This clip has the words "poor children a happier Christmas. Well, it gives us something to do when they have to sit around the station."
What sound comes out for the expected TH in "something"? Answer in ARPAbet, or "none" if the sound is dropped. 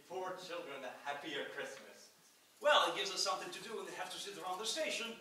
TH